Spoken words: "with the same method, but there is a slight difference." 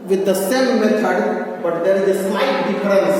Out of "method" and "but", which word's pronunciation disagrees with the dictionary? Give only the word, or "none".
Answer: method